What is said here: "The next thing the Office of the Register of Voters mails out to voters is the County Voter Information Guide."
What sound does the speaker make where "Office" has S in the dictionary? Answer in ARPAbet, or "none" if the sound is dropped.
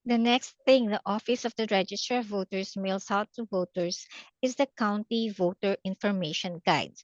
S